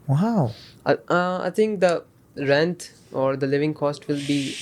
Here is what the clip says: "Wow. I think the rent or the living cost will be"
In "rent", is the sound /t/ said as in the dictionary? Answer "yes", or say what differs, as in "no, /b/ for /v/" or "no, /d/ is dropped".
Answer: yes